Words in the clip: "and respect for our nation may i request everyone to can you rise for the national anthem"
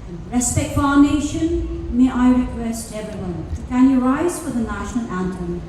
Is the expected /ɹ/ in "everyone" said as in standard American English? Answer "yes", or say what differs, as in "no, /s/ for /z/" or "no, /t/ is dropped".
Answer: no, /ɹ/ is dropped